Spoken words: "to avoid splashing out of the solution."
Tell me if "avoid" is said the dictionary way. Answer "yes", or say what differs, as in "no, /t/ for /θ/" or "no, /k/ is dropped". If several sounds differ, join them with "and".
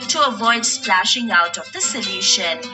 yes